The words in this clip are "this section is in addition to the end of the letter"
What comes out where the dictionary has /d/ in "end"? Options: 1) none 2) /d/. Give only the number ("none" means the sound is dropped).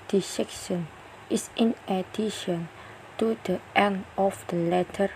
1